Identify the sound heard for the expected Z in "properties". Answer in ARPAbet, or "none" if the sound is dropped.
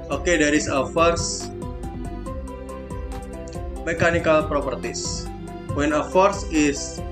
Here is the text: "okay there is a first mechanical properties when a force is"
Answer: S